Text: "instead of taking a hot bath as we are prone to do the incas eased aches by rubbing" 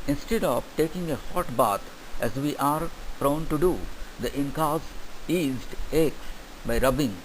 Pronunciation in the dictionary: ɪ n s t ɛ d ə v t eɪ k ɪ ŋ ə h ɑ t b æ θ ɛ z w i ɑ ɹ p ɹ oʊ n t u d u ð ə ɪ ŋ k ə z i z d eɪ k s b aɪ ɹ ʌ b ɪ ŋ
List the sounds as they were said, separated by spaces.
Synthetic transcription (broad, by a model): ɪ n s t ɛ d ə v t eɪ k ɪ ŋ ə h ɑ t b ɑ t ɛ z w i ɑ ɹ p ɹ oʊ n t u d u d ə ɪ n k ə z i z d eɪ k s b aɪ ɹ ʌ b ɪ ŋ